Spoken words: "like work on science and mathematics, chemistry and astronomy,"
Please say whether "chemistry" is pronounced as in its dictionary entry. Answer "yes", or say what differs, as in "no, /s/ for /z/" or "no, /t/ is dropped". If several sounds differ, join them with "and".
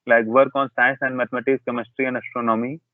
yes